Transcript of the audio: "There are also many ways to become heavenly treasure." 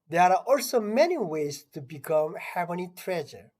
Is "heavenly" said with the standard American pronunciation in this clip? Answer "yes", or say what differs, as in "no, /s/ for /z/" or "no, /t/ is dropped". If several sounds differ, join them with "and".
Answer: no, /l/ is dropped